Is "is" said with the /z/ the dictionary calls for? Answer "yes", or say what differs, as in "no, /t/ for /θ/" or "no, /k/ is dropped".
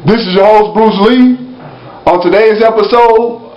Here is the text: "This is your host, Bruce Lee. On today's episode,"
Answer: yes